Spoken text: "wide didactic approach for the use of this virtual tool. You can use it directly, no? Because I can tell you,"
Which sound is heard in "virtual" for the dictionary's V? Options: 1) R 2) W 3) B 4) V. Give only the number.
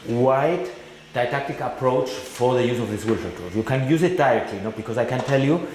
2